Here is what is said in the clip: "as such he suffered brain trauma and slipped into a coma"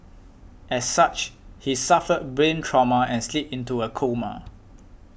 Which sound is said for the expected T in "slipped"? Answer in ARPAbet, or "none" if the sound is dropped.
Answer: none